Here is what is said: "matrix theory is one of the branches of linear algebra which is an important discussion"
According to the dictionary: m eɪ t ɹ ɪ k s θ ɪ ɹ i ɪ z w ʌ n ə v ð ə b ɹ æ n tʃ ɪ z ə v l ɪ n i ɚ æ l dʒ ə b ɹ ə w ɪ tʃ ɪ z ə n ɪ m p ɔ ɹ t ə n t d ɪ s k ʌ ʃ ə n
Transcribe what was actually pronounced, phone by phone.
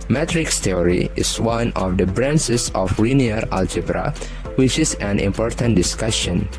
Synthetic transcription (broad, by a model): m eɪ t ɹ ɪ k s t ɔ ɹ i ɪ s w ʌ n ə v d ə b ɹ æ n s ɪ s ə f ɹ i n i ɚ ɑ l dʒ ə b ɹ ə w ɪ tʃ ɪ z ə n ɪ m p ɔ ɹ t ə n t d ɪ s k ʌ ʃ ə n